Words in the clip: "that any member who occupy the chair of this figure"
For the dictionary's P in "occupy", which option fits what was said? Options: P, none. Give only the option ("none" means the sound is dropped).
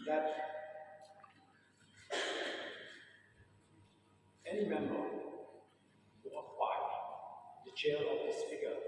none